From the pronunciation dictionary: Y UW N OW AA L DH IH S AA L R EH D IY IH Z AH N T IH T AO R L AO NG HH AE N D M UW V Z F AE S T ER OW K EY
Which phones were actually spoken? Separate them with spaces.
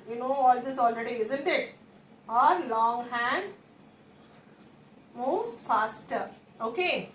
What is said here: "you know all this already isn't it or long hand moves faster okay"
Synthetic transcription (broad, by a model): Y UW N OW AA L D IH S AA L R EH D IY IH Z AH N T IH T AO R L AO NG HH AE N D M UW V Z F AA S T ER OW K EY